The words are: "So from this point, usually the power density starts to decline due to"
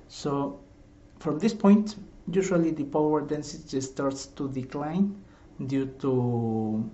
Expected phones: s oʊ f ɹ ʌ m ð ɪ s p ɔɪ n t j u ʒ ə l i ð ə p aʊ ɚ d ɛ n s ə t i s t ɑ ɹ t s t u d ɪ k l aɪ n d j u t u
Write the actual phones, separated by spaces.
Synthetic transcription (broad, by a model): s oʊ f ɹ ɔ m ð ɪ s p ɔɪ n t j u ʃ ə l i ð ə p aʊ ɚ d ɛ n s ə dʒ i s t ɑ ɹ t s t u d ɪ k l aɪ n d j u t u